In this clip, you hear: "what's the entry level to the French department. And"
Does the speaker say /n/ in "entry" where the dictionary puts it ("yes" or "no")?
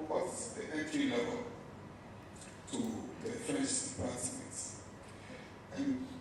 no